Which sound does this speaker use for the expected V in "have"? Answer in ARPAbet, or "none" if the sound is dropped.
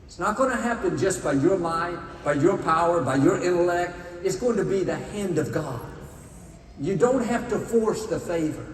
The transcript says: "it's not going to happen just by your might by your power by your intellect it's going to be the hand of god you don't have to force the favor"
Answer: F